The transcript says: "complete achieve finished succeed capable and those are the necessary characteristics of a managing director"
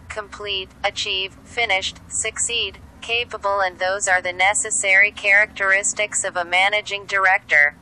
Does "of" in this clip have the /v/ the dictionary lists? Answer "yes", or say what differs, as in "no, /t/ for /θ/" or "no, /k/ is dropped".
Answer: yes